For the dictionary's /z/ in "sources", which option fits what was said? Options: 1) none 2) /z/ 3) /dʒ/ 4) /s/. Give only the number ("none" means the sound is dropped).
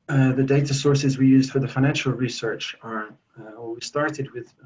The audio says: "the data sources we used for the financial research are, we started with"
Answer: 2